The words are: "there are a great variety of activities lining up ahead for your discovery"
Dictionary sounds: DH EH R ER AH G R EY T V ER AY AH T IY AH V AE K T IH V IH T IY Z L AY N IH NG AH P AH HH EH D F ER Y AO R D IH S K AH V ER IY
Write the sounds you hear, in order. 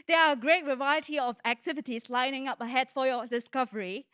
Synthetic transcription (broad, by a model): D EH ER AH G R EY T V ER AY AH T IY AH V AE K T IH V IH T IY S L AY N IH NG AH P AH HH EH D F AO Y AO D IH S K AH V ER IY